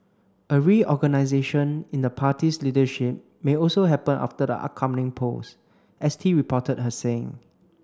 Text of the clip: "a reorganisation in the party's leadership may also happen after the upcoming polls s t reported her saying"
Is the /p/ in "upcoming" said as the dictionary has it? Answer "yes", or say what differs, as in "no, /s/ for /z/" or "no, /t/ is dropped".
no, /p/ is dropped